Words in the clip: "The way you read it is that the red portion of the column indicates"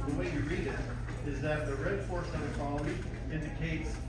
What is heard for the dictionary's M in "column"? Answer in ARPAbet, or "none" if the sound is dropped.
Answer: none